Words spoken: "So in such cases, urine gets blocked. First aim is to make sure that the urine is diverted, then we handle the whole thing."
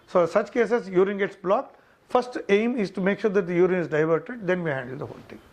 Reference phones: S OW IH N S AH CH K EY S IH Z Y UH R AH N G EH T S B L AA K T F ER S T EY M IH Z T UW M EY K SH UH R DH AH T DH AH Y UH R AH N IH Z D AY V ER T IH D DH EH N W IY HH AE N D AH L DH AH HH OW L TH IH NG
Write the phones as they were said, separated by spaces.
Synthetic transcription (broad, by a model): S OW S AH CH K EY S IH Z Y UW R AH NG G EH T S B L AA K T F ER S T EY M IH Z T UW M EY K SH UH R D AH T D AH Y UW R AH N IH Z D AY V ER T IH D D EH N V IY HH AE N D AH L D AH HH OW L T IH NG